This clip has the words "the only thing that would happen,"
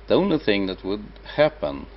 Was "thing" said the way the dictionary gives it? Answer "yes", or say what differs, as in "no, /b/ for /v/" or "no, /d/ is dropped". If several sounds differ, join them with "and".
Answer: yes